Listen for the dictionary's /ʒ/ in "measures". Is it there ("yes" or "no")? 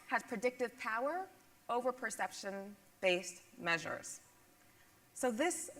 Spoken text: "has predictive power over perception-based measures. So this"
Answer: yes